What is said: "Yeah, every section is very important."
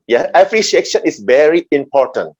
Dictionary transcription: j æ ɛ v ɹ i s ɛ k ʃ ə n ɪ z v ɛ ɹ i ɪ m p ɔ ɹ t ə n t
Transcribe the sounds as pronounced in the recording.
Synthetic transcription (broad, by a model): j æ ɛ p ɹ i ʃ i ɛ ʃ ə n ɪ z v ɛ ɹ i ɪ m p ɔ ɹ t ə n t